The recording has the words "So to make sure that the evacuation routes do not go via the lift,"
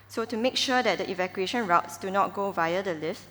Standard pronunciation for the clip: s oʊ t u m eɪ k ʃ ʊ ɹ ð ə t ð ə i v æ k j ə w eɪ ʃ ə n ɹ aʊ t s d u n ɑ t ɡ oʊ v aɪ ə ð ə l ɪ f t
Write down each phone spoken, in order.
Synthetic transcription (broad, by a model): s oʊ t u m eɪ k ʃ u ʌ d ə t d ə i v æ k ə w eɪ ʃ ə n ɹ aʊ t s d u n ɑ t ɡ oʊ v aɪ ə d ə l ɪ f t